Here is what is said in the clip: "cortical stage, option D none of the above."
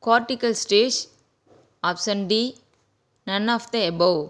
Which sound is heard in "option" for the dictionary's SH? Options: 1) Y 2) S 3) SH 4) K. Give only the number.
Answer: 2